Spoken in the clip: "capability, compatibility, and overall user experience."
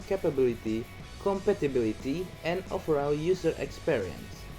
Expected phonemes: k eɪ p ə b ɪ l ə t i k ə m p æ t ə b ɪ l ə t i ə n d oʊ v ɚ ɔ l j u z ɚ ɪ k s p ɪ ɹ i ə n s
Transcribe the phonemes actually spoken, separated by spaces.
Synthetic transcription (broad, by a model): k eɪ p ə b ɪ l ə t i k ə m p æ t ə b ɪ l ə t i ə n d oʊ f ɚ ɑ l j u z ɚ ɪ k s p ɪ ɹ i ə n s